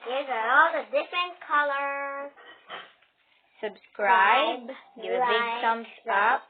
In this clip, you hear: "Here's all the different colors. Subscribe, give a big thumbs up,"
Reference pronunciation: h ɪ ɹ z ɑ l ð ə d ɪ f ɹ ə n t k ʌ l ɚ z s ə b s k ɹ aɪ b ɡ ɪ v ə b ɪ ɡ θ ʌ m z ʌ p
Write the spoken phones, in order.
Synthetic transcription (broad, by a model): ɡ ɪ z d ɑ l ð ə d ɪ f ɹ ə n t k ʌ l ɚ s ə b s k ɹ aɪ b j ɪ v ə b ɪ ɡ s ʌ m s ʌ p